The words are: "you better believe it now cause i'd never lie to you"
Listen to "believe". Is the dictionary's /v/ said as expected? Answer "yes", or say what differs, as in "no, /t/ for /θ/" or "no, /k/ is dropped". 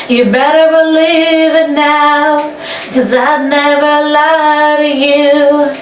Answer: yes